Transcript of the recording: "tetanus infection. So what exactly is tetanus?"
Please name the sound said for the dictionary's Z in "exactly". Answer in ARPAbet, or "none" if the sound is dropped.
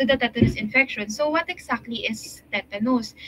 S